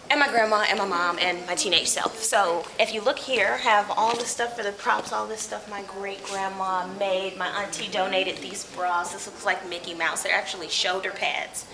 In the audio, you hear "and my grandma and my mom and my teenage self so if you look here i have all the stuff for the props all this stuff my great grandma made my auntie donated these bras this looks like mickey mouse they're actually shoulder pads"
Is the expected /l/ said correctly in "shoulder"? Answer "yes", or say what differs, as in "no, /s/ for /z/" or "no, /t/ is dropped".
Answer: no, /l/ is dropped